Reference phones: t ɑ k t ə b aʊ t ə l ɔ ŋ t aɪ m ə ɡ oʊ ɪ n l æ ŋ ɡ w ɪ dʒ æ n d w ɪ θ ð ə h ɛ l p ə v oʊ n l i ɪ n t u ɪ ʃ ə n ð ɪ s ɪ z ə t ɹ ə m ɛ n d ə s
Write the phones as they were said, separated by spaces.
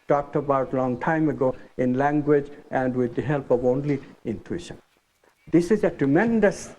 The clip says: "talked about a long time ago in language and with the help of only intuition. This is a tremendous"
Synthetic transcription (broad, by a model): t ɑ k t ə b aʊ t l ɔ ŋ t aɪ m ə ɡ oʊ ɪ n l æ ŋ ɡ w ɪ dʒ æ n d w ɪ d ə h ɛ l p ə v oʊ n l i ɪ n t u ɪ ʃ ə n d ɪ s ɪ z ə t ɹ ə m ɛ n d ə s